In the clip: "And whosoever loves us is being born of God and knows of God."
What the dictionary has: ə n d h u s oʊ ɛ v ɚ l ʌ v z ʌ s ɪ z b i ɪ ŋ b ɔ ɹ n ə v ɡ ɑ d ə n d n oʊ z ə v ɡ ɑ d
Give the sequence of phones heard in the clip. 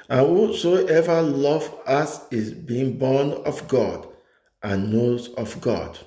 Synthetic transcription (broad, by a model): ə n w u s oʊ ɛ v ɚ l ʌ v ʌ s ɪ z b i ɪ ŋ b ɔ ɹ n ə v ɡ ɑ d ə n n oʊ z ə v ɡ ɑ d